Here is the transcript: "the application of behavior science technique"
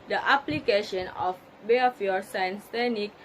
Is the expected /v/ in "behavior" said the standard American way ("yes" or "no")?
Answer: no